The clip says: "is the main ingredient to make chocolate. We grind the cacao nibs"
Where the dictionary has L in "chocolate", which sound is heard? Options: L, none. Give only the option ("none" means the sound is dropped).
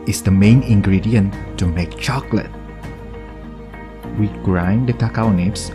L